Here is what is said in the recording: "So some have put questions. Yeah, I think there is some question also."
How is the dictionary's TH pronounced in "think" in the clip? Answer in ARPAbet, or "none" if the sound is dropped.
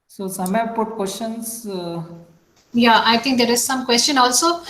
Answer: T